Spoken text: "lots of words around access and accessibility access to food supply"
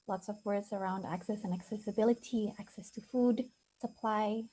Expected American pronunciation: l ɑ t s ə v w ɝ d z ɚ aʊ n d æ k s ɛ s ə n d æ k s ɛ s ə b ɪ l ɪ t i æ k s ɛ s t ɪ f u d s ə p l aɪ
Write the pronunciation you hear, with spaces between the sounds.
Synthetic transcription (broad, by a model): l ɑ t s ə v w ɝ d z ɚ aʊ n d æ k s ɛ s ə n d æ k s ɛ s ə b ɪ l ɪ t i æ k s ɛ s t ɪ f u d s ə p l aɪ